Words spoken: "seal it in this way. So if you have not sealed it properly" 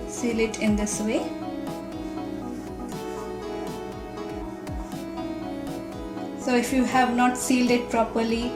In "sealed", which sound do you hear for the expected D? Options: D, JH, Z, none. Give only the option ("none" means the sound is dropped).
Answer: D